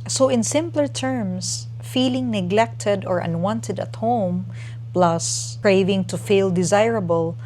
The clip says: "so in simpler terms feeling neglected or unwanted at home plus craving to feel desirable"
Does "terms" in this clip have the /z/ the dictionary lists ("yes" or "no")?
no